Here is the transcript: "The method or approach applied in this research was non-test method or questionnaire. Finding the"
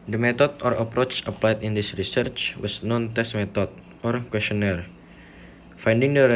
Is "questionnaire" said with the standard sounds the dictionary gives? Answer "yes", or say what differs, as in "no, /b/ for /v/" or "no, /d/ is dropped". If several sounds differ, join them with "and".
yes